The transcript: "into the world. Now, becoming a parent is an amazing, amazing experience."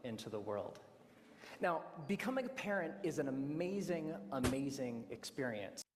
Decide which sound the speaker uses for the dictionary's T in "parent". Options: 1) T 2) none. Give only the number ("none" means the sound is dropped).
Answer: 1